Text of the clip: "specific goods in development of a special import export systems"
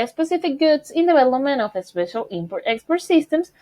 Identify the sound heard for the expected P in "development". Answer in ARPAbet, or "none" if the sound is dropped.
none